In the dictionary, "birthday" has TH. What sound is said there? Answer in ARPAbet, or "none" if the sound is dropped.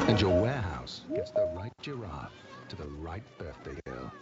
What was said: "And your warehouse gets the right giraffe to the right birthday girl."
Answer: TH